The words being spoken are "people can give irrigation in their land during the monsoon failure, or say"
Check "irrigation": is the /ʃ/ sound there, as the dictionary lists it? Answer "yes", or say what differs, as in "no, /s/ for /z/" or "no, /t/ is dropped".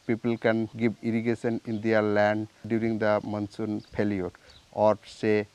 no, /s/ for /ʃ/